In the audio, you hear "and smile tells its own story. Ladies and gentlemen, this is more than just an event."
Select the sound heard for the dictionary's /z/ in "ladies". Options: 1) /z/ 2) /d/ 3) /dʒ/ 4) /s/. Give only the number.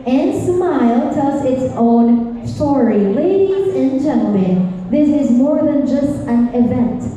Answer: 1